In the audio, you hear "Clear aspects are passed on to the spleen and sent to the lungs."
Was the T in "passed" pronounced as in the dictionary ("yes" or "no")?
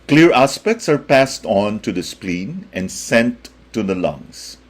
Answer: yes